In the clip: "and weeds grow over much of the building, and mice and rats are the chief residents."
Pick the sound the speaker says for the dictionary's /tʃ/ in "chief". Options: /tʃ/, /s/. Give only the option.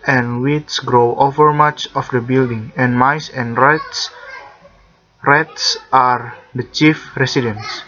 /tʃ/